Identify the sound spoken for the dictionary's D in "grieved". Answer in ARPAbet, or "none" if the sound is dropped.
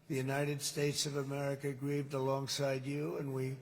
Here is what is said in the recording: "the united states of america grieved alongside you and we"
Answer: D